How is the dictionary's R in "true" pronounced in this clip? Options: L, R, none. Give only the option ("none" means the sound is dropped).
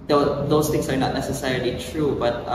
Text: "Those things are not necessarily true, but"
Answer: R